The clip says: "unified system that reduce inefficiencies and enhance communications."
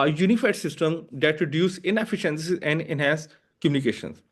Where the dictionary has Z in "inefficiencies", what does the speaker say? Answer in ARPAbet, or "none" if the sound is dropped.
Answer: none